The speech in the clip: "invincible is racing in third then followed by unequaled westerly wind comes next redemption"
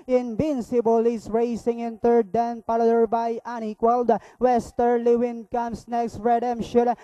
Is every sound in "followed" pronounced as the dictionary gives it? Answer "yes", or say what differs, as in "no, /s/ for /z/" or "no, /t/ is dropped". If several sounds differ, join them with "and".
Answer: no, /p/ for /f/